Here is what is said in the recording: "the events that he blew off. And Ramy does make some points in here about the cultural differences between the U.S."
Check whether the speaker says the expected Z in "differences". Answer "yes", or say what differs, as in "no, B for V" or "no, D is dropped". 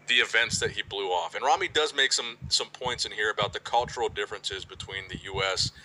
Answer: yes